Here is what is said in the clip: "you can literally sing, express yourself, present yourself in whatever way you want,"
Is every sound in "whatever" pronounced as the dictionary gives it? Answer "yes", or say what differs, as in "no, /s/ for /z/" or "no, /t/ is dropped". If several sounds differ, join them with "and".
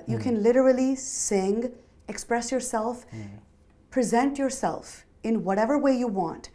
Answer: yes